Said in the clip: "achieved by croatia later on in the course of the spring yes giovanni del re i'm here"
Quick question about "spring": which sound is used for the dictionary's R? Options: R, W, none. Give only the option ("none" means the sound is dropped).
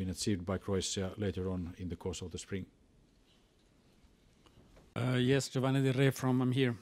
R